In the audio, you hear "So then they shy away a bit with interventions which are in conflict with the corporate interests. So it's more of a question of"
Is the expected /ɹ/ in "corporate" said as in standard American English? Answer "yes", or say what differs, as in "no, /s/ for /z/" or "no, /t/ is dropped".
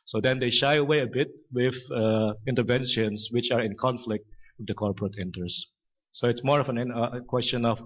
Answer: yes